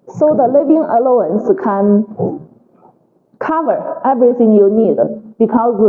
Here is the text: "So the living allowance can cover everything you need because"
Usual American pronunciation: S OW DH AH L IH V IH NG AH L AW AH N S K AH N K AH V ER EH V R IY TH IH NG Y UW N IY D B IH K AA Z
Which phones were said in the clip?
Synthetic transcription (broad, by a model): S OW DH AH L IH V IH NG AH L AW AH N S K AH N K AH V ER EH V R IY TH IH NG Y UW N IY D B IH K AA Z